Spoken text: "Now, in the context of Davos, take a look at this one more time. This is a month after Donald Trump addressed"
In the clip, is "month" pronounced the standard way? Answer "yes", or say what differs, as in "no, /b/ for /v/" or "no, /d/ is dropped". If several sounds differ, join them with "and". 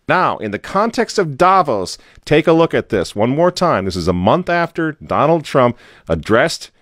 yes